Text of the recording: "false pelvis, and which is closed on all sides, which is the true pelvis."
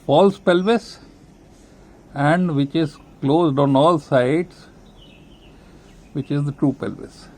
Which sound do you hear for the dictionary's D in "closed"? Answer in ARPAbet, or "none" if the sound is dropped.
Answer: D